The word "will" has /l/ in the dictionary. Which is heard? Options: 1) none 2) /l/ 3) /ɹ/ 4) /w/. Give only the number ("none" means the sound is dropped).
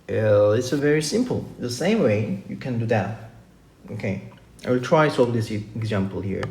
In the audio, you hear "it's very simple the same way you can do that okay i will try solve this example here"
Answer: 4